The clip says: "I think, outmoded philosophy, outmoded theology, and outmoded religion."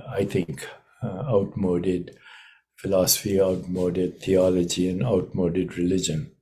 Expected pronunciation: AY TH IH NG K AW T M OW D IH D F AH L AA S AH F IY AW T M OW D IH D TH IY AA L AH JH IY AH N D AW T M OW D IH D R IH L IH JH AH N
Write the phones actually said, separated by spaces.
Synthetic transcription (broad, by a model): AY T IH NG K AW T M OW D IH D F AH L AA S AH F IY AW T M OW D IH D T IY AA L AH JH IY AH N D AW T M OW D IH D R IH L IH JH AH N